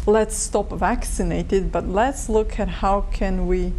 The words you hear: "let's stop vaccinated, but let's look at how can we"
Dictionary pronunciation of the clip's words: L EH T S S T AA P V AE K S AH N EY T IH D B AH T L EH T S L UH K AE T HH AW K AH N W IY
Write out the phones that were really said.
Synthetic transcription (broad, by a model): L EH T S S T AA P V AE K S AH N EY T IH D B AH T L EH T S L UH K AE T HH AW K AH N W IY